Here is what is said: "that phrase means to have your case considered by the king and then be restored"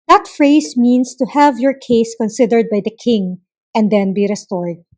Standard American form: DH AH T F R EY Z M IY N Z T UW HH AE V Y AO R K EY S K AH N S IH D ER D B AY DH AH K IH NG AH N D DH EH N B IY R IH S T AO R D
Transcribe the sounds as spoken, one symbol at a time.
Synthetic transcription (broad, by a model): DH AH T F R EY S M IY N S T UW HH AE V Y AO R K EY S K AH N S IH D ER D B AY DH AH K IH NG AH N D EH N B IY R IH S T AO R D